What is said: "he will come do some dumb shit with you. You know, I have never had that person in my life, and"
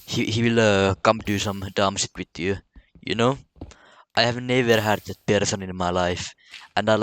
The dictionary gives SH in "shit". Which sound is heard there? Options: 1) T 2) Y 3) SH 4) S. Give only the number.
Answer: 4